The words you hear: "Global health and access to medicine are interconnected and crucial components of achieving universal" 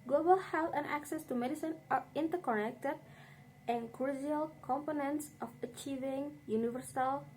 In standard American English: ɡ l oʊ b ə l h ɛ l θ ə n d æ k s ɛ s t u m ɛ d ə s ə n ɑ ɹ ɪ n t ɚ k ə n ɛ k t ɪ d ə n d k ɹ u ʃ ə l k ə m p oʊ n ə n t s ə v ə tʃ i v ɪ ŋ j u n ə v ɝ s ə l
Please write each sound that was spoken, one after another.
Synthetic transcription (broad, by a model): ɡ l oʊ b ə l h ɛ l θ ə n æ k s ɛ s t u m ɛ d ə s ə n ɑ ɹ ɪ n t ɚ k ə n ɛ k t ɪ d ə n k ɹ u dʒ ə l k ə m p oʊ n ə n t s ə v ə tʃ i v ɪ ŋ j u n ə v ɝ s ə l